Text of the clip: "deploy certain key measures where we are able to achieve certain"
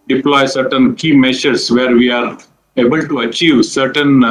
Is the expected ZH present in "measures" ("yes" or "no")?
no